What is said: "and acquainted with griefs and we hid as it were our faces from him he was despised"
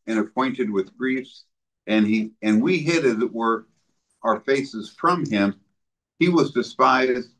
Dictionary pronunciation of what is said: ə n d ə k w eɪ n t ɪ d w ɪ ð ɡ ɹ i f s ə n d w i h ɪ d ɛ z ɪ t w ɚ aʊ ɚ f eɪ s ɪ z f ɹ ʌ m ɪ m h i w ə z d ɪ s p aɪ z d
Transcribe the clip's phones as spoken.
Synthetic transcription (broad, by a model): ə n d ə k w eɪ n t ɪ d w ɪ ð ɡ ɹ i f s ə n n w i h ɪ d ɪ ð ɪ t w ɚ aʊ ɚ f eɪ s ɪ z f ɹ ʌ m ɪ m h i w ə z d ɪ s p aɪ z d